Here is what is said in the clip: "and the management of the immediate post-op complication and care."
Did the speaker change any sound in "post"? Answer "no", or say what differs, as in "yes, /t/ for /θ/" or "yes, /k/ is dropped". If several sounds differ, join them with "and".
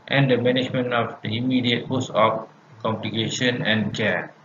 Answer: yes, /t/ is dropped